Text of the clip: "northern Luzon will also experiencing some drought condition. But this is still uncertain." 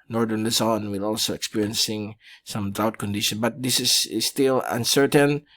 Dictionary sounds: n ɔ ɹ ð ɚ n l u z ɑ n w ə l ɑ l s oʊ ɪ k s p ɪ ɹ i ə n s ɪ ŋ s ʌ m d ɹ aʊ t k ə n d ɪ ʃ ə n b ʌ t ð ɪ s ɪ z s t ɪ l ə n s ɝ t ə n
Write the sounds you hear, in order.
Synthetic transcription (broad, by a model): n ɔ ɹ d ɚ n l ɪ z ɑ n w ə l ɑ l s oʊ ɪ k s p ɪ ɹ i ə n s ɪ ŋ s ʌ m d aʊ t k ə n d ɪ ʃ ə n b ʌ t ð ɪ s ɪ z s t ɪ l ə n s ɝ t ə n